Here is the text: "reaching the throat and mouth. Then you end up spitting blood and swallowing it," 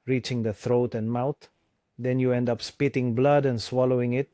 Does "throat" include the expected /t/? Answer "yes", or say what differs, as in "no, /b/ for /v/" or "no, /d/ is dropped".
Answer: yes